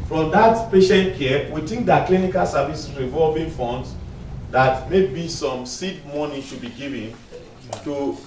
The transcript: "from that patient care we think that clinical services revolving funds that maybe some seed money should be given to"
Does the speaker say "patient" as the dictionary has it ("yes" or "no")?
yes